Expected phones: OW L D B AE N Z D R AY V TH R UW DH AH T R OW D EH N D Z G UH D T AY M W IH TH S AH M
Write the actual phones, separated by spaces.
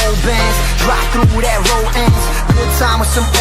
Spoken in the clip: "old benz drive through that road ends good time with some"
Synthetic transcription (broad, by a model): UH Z B AE N Z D R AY P TH R UW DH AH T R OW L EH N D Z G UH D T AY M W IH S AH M